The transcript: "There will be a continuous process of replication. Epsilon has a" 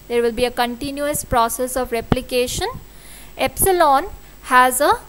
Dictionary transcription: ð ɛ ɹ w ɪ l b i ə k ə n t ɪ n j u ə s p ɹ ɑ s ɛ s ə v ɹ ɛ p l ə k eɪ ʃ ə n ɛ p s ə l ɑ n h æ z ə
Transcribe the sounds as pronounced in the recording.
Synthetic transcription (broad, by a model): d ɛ ɹ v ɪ l b i ə k ə n t ɪ n j u ə s p ɹ ɑ s ɛ s ə v ɹ ɛ p l ə k eɪ ʃ ə n ɛ p s ə l ɑ n h æ z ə